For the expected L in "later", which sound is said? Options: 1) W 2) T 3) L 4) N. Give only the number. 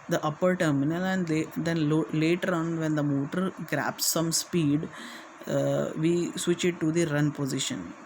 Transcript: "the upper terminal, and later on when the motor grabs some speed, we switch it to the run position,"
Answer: 3